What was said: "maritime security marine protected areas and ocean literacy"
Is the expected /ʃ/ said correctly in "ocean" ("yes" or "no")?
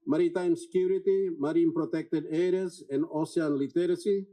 no